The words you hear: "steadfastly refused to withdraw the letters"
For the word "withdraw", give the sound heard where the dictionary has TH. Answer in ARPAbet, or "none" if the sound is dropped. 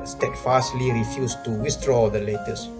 S